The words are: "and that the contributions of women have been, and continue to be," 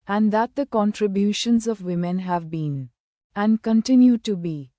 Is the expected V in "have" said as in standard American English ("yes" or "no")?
yes